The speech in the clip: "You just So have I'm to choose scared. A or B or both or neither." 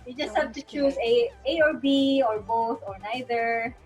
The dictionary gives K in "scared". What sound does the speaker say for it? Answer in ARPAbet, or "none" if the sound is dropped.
none